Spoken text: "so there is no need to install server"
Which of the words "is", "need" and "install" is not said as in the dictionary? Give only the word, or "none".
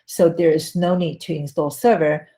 none